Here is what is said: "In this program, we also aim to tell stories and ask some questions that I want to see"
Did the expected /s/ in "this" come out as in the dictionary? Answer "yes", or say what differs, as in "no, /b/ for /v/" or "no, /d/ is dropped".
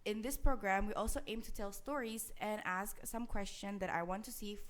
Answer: yes